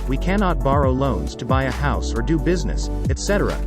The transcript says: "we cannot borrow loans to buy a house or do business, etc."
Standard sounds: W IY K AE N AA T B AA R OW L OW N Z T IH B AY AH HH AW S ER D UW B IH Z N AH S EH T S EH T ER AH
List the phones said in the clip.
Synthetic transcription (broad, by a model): W IY K AE N AA T B AA R OW L OW N Z T IH B AY AH HH AW S ER D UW B IH Z N AH S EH T S EH T ER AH